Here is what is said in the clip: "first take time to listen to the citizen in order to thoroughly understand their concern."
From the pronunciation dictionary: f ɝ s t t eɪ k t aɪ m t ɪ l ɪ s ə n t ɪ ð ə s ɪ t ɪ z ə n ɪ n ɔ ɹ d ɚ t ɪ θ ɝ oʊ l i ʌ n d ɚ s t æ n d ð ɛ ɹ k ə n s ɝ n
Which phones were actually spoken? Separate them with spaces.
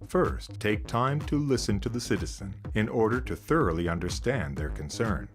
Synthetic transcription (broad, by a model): f ɝ s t t eɪ k t aɪ m t ɪ l ɪ s ə n t ɪ ð ə s ɪ t ɪ z ə n ɪ n ɔ ɹ d ɚ t ɪ θ ɝ oʊ l i ʌ n d ɚ s t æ n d ð ɛ ɹ k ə n s ɝ n